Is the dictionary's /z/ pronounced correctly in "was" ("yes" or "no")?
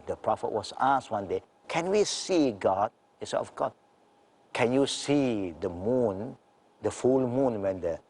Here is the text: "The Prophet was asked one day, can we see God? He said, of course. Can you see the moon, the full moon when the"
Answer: no